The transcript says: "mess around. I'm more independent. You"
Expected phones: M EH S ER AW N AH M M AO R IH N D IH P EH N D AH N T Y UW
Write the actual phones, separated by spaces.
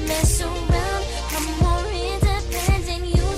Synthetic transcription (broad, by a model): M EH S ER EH L AH M M AO R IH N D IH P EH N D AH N Y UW